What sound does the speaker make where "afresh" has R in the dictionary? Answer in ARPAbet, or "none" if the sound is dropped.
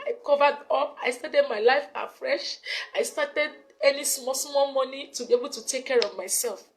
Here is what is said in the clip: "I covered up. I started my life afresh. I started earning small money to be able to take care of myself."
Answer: R